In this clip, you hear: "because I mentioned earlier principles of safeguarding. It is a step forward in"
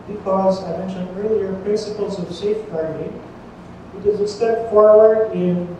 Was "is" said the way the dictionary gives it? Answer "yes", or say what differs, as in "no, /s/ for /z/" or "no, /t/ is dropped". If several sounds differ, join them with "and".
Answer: yes